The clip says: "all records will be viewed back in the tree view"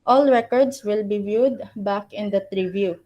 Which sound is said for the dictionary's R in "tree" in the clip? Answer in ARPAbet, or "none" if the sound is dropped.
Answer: R